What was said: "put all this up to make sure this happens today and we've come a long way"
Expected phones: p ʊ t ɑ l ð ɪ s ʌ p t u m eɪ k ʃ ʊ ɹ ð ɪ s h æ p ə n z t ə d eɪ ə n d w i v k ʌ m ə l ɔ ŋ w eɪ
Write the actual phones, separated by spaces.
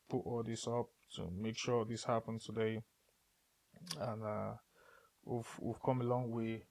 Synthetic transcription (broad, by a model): p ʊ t ɑ l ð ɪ s ʌ p t u m eɪ k ʃ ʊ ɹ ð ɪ s h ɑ p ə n t ə d eɪ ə n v w i v k ʌ m ə l ɔ ŋ w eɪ